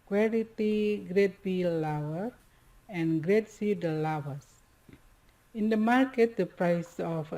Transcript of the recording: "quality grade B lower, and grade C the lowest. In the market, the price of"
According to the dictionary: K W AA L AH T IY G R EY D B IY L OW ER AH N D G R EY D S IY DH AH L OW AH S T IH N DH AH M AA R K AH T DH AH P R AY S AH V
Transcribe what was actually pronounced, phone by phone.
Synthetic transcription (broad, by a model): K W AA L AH T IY G R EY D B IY L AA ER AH N G R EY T S IY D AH L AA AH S IH N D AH M AA R K AH T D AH P R AY S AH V